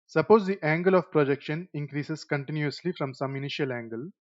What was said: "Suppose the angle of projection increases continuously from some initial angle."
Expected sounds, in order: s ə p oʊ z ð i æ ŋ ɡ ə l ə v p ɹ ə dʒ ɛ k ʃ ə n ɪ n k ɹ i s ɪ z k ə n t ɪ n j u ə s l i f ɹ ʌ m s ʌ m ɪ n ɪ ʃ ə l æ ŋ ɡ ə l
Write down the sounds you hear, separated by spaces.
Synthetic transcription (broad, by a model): s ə p oʊ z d i æ ŋ ɡ ə l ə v p ɹ ə dʒ ɛ k ʃ ə n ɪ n k ɹ i s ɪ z k ə n t ɪ n j u ə s l i f ɹ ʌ m s ʌ m ɪ n ɪ ʃ ə l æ ŋ ɡ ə l